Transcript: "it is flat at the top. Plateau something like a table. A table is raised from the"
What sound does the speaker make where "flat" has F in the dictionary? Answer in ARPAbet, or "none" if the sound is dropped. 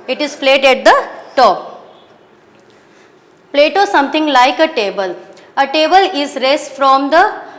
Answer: P